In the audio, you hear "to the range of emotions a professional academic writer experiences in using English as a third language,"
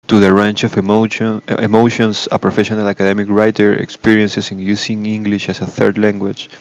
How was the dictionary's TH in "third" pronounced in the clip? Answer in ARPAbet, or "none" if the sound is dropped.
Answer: TH